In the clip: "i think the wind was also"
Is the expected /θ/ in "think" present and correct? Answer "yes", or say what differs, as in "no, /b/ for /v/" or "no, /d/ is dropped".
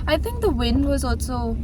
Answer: yes